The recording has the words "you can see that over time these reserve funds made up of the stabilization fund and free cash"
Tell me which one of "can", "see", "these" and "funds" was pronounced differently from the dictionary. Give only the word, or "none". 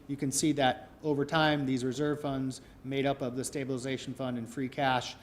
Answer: none